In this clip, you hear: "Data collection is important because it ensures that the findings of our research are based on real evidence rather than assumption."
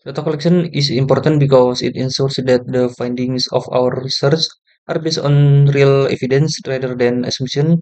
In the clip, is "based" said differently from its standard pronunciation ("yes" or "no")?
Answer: yes